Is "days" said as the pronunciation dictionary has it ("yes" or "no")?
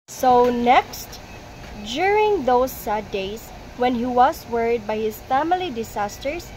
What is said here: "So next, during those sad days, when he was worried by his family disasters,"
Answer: no